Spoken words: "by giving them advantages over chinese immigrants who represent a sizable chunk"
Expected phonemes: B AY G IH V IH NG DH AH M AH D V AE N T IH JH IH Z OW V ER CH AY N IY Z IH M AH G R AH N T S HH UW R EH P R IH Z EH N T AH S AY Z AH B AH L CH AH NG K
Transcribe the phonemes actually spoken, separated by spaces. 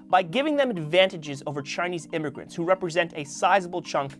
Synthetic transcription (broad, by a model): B AY G IH V IH NG DH AH M AH D V AE N T IH JH IH Z OW V ER CH AY N IY Z IH M AH G R AH N T S HH UW R EH P R IH Z EH N T AH S AY Z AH B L CH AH NG K